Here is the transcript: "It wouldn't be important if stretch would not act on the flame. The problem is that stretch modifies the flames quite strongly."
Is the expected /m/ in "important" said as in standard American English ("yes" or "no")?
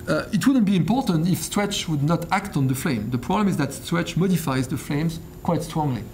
yes